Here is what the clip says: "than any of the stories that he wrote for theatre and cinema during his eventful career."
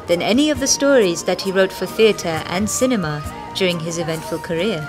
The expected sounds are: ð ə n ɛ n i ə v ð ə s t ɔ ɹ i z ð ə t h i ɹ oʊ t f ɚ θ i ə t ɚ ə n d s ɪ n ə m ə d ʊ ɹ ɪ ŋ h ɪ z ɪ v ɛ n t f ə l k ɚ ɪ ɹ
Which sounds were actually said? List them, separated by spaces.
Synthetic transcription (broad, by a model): ð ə n ɛ n i ə v ð ə s t ɔ ɹ i z ð ə t h i ɹ oʊ t f ɚ θ i ə t ɚ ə n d s ɪ n ə m ə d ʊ ɹ ɪ ŋ ɪ z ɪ v ɛ n t f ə l k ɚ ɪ ɹ